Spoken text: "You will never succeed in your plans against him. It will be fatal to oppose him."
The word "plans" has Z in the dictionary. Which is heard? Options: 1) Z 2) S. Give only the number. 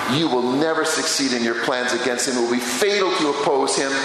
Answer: 1